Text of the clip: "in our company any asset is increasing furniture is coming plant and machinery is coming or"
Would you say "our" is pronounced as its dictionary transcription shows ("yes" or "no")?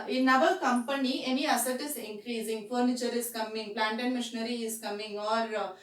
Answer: no